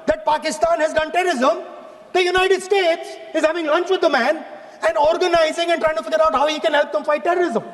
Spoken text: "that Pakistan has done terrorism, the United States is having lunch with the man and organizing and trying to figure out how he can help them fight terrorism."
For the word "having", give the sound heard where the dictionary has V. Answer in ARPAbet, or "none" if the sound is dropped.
V